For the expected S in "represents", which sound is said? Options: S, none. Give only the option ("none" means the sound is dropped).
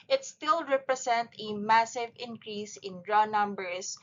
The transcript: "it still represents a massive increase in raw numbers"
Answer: none